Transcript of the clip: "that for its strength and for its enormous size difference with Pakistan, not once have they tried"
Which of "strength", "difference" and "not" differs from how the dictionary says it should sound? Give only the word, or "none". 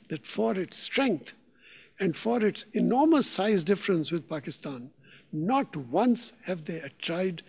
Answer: strength